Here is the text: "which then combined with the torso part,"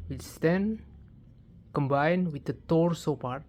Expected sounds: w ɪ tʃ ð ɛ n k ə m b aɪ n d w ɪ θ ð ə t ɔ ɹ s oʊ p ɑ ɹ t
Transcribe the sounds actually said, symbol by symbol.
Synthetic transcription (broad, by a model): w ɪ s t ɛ n k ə m b aɪ n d w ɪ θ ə t ɔ ɹ s oʊ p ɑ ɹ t